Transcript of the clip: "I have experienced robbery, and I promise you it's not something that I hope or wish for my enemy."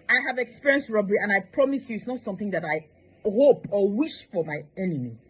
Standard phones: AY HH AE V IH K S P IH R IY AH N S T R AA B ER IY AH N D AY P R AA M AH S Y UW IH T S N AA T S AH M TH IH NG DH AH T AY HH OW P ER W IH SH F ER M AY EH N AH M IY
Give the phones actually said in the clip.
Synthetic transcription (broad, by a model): AY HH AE V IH K S P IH R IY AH N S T R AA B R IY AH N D AY P R AA M AH S Y UW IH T S N AA T S AH M TH IH NG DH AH T AY HH OW P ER W IH SH F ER M AY EH N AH M IY